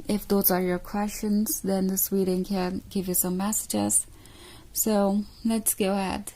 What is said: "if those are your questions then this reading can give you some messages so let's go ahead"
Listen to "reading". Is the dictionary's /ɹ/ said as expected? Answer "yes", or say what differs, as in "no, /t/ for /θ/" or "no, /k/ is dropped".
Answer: no, /w/ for /ɹ/